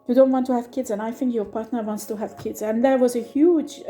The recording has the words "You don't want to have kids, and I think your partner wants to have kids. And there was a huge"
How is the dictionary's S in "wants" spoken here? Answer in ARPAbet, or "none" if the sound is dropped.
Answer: S